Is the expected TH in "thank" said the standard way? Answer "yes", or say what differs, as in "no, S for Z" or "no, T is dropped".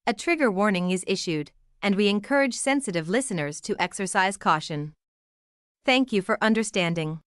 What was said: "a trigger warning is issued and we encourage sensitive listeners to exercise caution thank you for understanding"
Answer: yes